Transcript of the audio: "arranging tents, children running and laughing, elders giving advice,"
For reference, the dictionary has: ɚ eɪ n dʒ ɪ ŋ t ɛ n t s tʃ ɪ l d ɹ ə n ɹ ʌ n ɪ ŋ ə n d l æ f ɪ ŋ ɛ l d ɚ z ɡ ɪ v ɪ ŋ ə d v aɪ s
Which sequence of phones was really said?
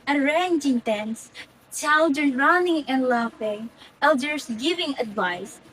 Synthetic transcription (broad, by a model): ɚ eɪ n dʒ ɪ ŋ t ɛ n s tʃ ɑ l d ə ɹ ɹ ʌ n ɪ ŋ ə n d l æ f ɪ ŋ ɛ l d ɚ s ɡ ɪ v ɪ ŋ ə d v aɪ s